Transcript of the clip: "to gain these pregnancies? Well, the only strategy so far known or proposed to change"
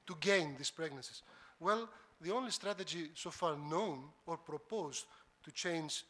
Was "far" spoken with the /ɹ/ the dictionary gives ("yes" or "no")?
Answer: yes